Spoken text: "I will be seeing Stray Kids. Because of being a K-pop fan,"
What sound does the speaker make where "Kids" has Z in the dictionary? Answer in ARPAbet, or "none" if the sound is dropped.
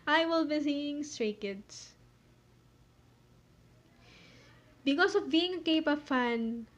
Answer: S